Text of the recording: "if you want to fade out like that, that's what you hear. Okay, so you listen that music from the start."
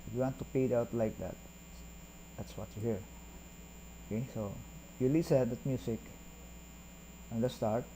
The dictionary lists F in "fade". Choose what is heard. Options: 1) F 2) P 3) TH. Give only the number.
2